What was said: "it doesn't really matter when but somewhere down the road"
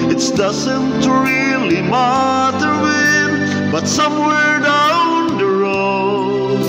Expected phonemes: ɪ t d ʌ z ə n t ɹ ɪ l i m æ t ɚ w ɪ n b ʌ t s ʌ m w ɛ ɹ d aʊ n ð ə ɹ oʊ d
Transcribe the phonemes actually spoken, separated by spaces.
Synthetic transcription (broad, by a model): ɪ t d ʌ z ə n t ɹ ɪ l i m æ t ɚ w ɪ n b ʌ t s ʌ m w ɛ ɹ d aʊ n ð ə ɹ oʊ